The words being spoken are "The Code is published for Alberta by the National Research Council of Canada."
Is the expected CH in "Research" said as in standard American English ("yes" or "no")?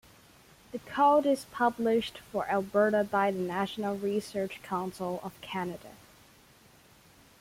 yes